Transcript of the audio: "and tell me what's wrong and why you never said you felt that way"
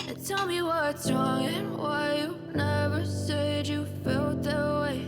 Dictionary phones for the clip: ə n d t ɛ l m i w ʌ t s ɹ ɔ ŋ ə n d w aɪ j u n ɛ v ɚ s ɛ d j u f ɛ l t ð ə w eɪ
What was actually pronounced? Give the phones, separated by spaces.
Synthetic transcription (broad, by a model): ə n t ɛ l m i w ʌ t ɹ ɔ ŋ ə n w aɪ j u n ɛ v ɚ s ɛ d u f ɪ l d ð ə w eɪ